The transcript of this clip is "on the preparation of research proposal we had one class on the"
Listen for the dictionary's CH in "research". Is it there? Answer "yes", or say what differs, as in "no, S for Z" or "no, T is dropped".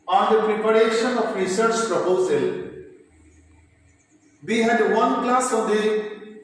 yes